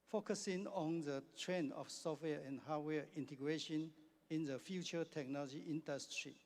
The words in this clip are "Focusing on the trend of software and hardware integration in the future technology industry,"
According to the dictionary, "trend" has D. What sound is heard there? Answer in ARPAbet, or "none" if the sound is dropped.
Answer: none